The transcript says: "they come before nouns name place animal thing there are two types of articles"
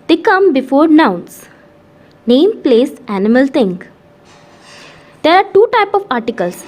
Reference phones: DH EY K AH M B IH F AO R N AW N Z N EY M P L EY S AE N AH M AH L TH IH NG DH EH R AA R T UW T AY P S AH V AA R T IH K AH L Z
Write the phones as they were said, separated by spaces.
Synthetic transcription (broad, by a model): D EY K AH M B IH F AO R N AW N S N EY M P L EY S AE N AH M AH L T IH NG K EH R AA R T UW T AY P AH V AA R T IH K AH L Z